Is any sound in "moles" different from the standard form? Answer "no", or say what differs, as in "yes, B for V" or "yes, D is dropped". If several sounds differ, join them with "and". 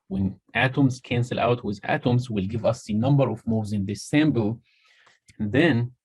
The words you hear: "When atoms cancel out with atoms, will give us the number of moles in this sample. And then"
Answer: yes, L is dropped